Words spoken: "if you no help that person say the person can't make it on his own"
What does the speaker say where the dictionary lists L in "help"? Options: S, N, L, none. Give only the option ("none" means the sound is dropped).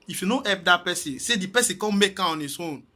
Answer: none